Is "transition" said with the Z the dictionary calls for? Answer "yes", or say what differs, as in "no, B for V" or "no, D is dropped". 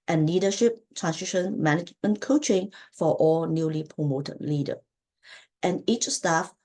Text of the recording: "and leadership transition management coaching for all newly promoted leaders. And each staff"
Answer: no, S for Z